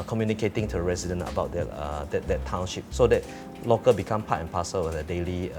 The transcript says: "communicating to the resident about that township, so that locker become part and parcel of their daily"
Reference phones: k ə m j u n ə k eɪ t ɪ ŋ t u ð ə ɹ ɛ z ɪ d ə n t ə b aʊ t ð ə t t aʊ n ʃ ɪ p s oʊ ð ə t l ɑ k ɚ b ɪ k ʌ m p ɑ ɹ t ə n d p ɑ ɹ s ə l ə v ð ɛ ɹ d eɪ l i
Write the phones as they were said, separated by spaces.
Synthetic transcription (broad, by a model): k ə m j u n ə k eɪ t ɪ ŋ t u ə ɹ ɛ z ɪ d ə n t ə b aʊ t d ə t t aʊ n ʃ ɪ p s oʊ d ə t l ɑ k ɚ b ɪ k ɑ m p ɑ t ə n p ɑ s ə w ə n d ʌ d eɪ l i